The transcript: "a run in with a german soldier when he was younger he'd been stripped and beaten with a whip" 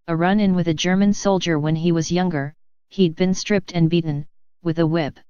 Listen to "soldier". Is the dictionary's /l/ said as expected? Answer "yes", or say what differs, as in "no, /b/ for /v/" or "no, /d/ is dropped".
yes